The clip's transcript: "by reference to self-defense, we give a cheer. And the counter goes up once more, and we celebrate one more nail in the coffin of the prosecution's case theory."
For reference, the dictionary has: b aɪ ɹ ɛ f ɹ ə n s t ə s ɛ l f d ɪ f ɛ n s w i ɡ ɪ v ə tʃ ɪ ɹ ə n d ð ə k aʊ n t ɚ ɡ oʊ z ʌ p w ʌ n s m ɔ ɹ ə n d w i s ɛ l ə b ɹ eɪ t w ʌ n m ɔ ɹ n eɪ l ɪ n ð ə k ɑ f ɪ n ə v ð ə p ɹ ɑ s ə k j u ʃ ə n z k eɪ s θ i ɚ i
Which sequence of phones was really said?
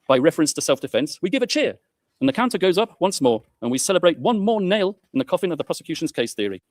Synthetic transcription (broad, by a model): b aɪ ɹ ɛ f ɹ ə n s t ə s ɛ l f d ɪ f ɛ n s w i ɡ ɪ v ə tʃ ɪ ɹ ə n ð ə k aʊ n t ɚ ɡ oʊ z ʌ p w ʌ n s m ɔ ɹ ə n w i s ɛ l ə b ɹ eɪ t w ʌ n m ɔ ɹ n eɪ l ɪ n ð ə k ɑ f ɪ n ə v ð ə p ɹ ɑ s ə k j u ʃ ə n z k eɪ s θ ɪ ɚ i